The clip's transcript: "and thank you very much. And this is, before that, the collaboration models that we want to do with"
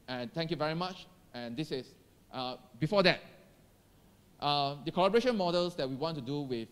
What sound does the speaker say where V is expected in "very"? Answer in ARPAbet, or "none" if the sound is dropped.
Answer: V